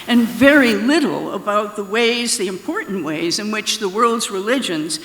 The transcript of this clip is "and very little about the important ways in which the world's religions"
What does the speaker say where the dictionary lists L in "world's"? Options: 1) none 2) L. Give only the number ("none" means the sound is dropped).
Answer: 2